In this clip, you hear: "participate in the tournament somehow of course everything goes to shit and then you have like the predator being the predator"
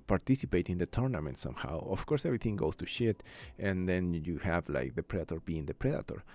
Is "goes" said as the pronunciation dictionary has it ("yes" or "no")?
no